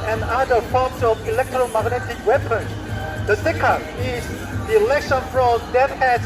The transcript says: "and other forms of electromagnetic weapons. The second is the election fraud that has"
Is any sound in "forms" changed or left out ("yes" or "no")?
yes